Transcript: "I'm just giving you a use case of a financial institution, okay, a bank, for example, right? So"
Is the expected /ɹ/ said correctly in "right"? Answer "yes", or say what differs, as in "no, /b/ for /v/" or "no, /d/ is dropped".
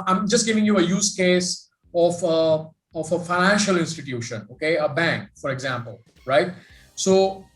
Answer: yes